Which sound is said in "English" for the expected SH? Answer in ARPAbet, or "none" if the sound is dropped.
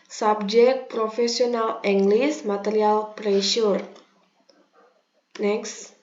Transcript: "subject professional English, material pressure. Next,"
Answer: S